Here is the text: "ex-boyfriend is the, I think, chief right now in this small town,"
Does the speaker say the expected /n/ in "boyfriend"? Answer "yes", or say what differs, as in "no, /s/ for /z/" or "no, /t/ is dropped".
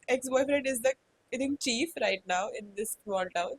no, /n/ is dropped